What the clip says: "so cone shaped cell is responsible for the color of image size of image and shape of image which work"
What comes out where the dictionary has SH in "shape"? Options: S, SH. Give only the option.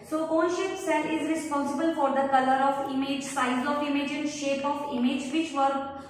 SH